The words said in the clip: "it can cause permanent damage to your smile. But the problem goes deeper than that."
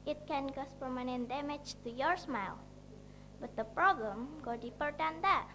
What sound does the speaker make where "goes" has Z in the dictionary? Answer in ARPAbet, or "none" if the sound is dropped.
none